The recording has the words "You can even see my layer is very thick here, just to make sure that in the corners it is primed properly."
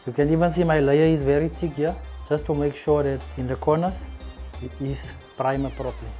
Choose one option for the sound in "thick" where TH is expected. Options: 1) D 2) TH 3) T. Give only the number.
3